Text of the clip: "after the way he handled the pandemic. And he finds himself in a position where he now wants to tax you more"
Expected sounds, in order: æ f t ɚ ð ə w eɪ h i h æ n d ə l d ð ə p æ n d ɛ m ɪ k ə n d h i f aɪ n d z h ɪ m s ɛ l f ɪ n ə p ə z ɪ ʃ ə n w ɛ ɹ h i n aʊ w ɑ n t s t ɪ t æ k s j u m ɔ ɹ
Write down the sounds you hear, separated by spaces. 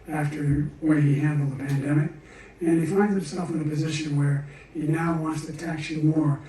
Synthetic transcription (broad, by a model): æ f t ɚ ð w eɪ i h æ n d l ð ə p æ n d ɛ m ɪ k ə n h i f aɪ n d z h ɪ m s ɛ l f ɪ n ə p ə z ɪ ʃ ə n w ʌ ɹ h i n aʊ w ɑ n t s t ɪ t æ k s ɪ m ɔ ɹ